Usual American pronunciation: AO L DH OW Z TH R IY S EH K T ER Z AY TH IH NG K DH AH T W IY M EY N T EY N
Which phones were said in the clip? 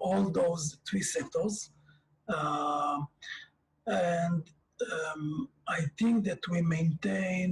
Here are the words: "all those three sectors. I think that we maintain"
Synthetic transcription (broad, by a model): AO L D OW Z T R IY S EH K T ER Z AY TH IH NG K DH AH T W IY M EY N T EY N